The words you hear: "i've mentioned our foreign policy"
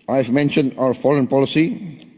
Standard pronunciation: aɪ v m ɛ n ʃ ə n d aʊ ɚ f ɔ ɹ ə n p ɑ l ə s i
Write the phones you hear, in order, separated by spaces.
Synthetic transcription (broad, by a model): aɪ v m ɛ n ʃ ə n d aʊ ɚ f ɔ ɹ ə n p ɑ l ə s i